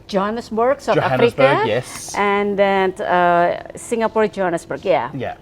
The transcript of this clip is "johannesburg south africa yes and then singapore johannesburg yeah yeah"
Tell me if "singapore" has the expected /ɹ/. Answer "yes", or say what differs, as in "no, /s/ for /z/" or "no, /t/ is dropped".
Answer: yes